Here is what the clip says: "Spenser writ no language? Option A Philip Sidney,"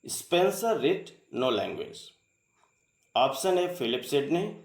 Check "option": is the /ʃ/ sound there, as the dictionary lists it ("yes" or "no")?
no